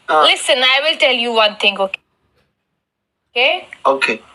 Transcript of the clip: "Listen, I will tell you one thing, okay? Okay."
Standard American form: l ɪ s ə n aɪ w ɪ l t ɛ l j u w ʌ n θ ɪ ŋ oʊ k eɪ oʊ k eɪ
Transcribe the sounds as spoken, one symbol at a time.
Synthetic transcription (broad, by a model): l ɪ s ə n aɪ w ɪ l t ɛ l j u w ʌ n t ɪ ŋ oʊ k eɪ oʊ k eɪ